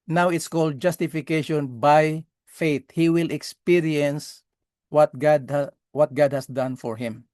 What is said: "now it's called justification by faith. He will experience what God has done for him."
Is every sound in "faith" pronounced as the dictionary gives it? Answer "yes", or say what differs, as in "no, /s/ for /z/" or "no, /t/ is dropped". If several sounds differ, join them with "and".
no, /t/ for /θ/